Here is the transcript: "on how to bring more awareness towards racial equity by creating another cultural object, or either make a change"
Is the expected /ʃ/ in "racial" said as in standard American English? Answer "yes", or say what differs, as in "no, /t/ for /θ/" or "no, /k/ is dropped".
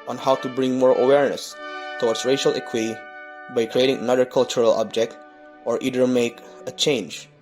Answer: yes